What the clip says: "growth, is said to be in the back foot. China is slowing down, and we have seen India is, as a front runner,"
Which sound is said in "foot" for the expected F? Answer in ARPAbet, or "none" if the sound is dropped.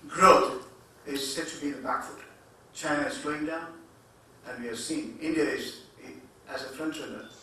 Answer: F